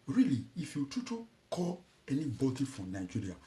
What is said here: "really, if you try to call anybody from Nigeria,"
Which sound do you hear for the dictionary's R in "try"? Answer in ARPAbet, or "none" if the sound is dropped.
none